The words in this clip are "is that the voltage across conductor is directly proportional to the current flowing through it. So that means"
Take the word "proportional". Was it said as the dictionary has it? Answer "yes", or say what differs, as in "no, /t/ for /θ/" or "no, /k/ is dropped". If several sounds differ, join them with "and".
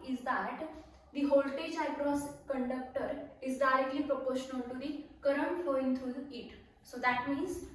yes